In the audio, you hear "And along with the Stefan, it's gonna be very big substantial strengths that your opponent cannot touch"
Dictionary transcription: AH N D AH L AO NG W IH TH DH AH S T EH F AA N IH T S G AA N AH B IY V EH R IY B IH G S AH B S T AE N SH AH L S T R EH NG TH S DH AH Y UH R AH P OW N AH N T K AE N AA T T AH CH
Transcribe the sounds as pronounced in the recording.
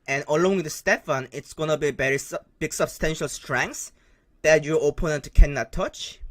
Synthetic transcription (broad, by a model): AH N AH L AO NG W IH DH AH S T EH F AA N IH T S G AA N AH B IY B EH R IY B IH G S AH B S T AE N SH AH L S T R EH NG S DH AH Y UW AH P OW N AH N T K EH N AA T T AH CH